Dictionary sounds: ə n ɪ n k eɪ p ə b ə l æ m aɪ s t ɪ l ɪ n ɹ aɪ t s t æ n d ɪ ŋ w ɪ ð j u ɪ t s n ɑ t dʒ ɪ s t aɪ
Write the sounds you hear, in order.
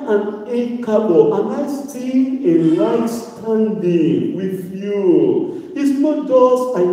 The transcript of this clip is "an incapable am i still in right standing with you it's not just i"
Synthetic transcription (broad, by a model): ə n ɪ k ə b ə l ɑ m aɪ s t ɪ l ɪ n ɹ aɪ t s t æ n d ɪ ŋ w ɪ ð j u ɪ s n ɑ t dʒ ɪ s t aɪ